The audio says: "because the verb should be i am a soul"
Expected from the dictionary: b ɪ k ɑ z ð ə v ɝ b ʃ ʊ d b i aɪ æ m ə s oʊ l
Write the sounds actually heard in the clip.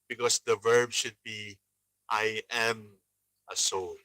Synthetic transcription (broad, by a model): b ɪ k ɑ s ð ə v ɝ b ʃ ʊ d b i aɪ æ m ə s oʊ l